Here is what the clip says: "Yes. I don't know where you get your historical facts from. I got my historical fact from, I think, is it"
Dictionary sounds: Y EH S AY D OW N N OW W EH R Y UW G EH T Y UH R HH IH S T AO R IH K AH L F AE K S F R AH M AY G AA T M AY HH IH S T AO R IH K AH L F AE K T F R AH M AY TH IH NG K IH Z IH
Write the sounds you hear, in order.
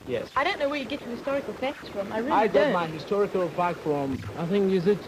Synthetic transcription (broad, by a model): Y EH S AY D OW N N OW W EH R Y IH G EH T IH HH IH S T AO R IH K AH L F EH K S F R AH M AY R AA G M AY HH IH S T AO R IH K AH L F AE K F R AH M AY TH IH NG K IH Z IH